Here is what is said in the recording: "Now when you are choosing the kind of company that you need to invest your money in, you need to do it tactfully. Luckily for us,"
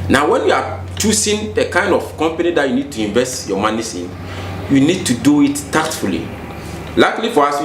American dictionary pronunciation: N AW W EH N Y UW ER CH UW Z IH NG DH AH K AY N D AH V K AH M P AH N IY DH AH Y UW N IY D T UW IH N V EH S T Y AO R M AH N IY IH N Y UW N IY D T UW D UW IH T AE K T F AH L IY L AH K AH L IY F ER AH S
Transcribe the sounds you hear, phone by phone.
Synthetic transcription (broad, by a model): N AW W EH N Y UW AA CH UW S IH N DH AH K AY N D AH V K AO M P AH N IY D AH Y UW N IY D T UW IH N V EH S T Y AO M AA N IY IH N Y UW N IY D T UW D UW IH T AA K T F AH L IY L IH K L IY F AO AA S